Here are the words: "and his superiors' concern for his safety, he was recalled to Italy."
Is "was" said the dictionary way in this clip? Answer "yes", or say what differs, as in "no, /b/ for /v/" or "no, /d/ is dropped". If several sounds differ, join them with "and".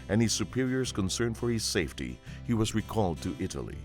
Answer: yes